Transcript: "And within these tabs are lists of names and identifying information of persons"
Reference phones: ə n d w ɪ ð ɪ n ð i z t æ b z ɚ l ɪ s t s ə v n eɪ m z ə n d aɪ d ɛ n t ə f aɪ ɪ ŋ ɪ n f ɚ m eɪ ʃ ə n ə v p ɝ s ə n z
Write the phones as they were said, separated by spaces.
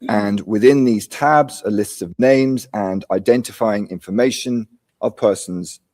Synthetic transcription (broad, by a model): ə n w ɪ ð ɪ n ð i z t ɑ b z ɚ l ɪ s t ə v n eɪ m z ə n aɪ d ɛ n t ə f aɪ ɪ ŋ ɪ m f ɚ m eɪ ʃ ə n ə v p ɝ s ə n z